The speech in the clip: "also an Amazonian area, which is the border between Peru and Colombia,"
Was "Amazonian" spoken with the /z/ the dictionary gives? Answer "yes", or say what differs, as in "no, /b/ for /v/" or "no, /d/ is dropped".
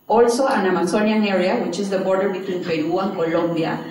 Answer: no, /s/ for /z/